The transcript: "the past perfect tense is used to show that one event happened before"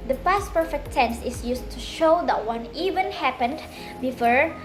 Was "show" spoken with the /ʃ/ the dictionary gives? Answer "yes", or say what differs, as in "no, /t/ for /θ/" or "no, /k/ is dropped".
yes